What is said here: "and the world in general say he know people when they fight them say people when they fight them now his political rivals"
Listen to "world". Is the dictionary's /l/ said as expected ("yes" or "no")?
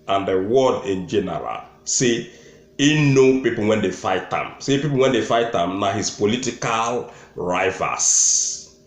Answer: no